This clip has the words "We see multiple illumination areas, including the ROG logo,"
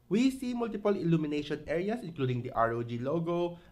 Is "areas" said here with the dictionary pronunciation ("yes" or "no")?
no